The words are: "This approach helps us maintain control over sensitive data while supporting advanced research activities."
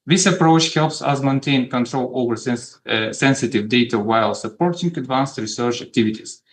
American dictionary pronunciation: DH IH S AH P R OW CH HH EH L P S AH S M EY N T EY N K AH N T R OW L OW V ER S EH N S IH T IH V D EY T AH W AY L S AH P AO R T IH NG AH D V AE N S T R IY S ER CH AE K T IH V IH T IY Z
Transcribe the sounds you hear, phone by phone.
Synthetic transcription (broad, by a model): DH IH S AH P R OW CH HH EH L P S AH S M EY N T EY N K AH N T R OW L OW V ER S EH N S IH T IH V D EY T AH W AY L S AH P AO R T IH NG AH D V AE N S T R IY S ER CH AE K T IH V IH T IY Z